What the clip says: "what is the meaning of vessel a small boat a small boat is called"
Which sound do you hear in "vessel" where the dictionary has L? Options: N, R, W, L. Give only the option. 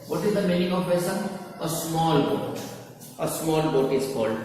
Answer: N